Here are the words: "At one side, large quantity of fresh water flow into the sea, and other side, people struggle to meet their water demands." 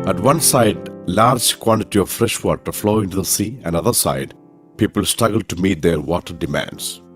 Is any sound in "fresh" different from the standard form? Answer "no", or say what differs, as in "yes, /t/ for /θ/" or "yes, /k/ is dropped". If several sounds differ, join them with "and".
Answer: no